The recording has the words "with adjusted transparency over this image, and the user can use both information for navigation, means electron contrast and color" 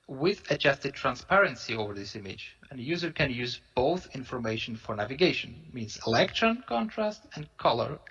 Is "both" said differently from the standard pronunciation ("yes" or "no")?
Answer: no